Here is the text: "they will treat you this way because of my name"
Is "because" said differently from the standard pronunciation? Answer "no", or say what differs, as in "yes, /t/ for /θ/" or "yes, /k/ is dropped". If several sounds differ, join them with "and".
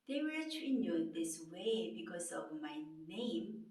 yes, /s/ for /z/